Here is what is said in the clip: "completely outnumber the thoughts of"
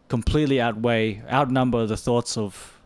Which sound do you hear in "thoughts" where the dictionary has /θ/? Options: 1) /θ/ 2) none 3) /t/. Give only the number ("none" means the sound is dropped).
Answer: 1